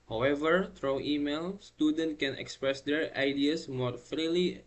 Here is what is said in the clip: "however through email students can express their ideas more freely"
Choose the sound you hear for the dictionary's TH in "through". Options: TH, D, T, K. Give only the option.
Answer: T